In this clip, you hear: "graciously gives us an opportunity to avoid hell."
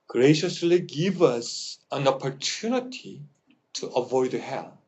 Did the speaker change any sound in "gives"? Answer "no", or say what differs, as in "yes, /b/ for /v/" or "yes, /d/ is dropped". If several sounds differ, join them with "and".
yes, /z/ is dropped